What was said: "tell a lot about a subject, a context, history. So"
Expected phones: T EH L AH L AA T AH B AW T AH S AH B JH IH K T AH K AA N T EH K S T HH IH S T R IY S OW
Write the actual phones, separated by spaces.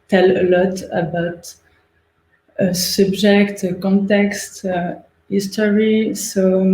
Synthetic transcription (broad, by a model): T EH L AH L AA T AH B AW T AH S AH B JH IH K T AH K AA N T EH K S T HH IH S T R IY S OW